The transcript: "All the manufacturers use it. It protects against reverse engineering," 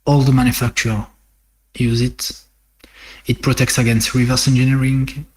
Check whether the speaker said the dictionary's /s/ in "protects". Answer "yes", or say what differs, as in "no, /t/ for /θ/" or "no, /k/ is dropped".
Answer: yes